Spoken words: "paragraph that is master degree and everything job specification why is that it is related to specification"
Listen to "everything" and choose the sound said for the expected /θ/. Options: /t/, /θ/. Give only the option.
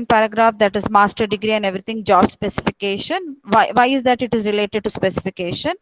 /t/